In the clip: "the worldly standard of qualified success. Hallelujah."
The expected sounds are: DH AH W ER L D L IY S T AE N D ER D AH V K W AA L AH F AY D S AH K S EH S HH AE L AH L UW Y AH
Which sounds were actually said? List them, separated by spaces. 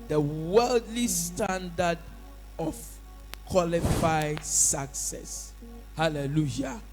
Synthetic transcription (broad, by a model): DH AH W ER L D L IY S T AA N D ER D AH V K W AA L AH F AY D S AH K S EH S HH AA L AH L UW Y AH